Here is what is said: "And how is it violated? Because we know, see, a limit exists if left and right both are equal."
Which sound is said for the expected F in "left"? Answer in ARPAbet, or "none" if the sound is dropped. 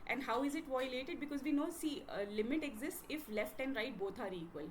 F